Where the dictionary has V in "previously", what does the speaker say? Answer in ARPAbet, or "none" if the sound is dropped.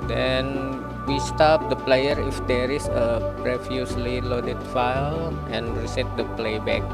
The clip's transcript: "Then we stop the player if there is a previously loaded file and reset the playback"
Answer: F